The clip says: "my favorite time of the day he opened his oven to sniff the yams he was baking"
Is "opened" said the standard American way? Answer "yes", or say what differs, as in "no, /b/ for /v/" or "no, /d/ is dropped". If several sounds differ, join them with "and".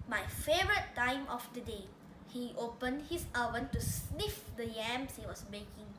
yes